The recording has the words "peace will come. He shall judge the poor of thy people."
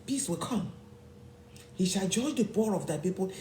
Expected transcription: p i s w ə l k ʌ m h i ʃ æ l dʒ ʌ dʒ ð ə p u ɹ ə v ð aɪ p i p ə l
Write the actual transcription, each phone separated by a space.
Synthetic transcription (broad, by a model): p i s w ə l k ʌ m h i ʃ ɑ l dʒ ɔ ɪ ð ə b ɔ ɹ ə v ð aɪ p i p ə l